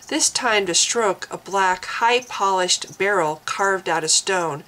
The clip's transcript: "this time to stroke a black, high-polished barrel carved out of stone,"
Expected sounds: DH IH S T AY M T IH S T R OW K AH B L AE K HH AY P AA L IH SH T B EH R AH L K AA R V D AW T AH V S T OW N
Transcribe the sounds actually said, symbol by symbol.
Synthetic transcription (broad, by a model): DH IH S T AY M T IH S T R OW K AH B L AE K HH AY P AA L IH SH T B EH R L K AA R V D AW T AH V S T OW N